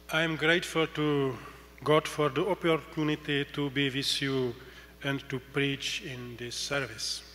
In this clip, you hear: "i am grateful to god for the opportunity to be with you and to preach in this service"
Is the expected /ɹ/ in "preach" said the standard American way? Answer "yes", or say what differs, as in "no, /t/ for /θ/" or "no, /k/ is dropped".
yes